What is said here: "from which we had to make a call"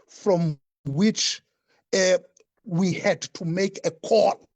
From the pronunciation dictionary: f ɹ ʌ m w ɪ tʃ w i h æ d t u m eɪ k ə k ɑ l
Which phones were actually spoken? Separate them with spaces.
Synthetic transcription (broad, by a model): f ɹ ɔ m w ɪ tʃ w i h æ d t u m eɪ k ə k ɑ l